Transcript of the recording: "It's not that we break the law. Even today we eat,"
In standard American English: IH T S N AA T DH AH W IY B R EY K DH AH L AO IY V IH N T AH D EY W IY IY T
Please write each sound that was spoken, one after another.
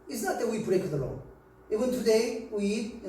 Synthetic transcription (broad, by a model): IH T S N AA T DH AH W IY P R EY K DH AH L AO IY W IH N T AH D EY W IY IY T